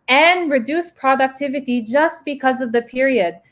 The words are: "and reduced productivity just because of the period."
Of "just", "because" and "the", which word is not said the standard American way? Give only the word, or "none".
none